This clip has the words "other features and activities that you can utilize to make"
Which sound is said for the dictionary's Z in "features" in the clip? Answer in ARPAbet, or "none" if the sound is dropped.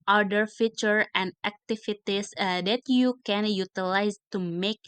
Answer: none